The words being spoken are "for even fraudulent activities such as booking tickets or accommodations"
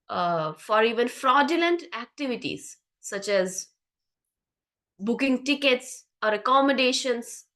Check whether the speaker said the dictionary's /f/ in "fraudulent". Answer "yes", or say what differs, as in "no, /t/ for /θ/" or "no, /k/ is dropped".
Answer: yes